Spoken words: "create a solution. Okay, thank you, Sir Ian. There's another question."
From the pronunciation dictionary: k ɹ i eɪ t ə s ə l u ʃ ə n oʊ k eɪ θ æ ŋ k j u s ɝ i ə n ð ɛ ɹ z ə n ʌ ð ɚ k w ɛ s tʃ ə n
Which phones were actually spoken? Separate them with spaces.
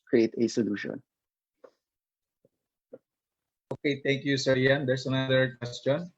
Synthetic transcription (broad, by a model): k ɹ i eɪ t ə s ə l u ʃ ə n oʊ k eɪ t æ ŋ k j u s ɝ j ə n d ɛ ɹ s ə n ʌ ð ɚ k w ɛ s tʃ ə n